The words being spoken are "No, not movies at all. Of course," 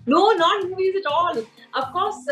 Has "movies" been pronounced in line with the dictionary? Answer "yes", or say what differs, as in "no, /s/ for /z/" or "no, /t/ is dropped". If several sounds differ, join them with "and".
no, /v/ is dropped